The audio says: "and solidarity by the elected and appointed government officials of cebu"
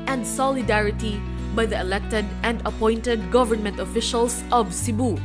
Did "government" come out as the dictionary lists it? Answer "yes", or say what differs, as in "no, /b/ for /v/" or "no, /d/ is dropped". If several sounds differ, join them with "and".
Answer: yes